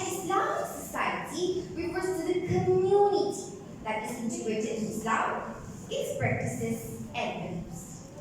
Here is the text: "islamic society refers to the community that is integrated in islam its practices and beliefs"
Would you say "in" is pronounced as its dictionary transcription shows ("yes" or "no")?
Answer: no